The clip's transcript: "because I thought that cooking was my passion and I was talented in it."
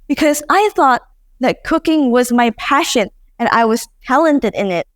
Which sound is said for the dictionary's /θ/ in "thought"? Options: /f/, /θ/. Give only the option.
/θ/